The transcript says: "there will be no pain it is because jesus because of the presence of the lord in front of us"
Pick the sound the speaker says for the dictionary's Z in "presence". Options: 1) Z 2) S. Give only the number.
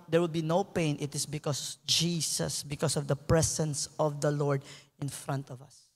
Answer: 2